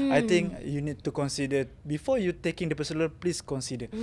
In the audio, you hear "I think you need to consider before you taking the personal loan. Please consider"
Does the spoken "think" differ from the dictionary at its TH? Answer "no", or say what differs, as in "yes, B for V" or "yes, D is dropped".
yes, T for TH